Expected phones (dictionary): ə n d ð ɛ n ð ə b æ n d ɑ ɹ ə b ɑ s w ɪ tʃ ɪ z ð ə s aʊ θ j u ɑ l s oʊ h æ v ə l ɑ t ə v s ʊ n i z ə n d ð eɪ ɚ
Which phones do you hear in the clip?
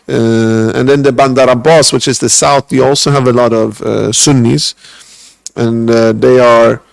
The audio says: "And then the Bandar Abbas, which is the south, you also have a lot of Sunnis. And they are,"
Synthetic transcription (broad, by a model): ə n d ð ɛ n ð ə b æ n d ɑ ɹ ə b ɑ s w ɪ tʃ ɪ z ð ə s aʊ θ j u ɑ l s oʊ h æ v ə l ɑ t ə v s ʊ n i z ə n ð eɪ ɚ